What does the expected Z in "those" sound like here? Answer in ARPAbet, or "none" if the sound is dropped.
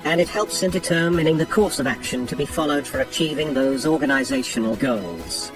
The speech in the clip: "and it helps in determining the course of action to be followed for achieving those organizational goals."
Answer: Z